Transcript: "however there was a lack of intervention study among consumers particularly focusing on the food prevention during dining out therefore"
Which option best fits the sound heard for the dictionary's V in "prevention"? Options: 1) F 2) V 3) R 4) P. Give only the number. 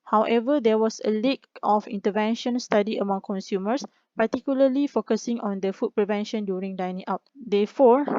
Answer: 2